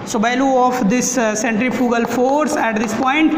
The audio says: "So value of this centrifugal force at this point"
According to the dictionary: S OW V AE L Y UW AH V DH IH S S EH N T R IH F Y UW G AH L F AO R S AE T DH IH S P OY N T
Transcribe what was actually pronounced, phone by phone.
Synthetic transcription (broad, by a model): S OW B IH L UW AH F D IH S S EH N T R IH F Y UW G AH L F AO R S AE T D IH S P OY N T